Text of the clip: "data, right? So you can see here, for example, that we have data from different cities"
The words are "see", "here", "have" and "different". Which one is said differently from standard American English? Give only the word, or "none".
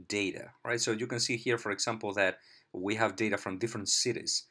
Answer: none